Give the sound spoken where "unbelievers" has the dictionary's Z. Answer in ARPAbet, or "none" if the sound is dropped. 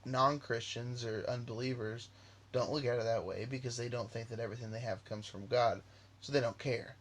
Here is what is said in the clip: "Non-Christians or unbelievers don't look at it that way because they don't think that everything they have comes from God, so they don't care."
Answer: Z